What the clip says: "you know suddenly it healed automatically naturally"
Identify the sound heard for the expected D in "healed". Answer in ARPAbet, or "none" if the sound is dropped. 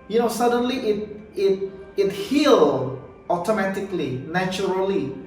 none